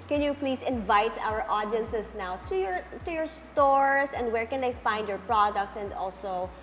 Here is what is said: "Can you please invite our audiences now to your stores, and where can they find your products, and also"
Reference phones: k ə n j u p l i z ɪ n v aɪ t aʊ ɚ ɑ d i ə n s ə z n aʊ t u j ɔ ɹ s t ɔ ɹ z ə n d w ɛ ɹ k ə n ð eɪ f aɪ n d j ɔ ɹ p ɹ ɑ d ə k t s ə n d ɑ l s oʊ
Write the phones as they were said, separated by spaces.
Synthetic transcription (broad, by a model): k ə n j u p l i s ɪ n v aɪ t aʊ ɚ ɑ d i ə n s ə s n aʊ t u j ɔ ɹ s t ɔ ɹ s ə n d w ɛ ɹ k ə n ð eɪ f aɪ n d j ɔ ɹ p ɹ ɑ d ə k t s ə n d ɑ l s oʊ